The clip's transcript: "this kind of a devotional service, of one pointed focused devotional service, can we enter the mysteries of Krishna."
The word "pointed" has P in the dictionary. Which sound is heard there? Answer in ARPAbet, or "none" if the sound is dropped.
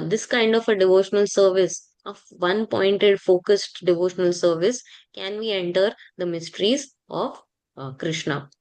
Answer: P